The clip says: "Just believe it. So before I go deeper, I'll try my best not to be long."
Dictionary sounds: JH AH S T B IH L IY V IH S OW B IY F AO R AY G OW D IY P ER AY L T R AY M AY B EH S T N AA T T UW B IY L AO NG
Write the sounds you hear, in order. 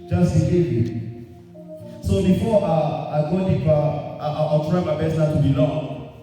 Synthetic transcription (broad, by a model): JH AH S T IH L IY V IH S OW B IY F AO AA AY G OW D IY ER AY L T R AY M AY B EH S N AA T T UW B IY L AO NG